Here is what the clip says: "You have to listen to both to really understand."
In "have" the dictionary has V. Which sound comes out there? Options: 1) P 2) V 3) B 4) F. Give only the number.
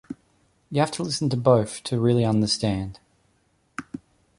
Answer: 4